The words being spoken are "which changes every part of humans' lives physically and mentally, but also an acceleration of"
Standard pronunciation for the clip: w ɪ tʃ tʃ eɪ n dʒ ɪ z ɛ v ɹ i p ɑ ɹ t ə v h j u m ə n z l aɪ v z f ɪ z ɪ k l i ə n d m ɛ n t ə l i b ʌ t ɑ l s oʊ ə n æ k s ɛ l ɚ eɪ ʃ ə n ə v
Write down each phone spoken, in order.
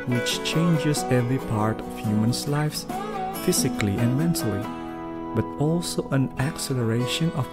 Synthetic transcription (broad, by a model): w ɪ tʃ tʃ eɪ n dʒ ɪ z ɛ v ɹ i p ɑ ɹ t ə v h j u m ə n s l aɪ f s f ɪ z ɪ k l i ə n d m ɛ n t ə l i b ʌ t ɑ l s oʊ ə n æ k s ɛ l ɚ eɪ ʃ ə n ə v